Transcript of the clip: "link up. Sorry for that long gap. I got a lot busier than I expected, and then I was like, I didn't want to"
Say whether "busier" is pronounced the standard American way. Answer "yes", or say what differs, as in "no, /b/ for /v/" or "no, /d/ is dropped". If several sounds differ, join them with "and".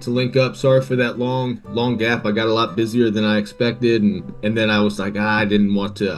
yes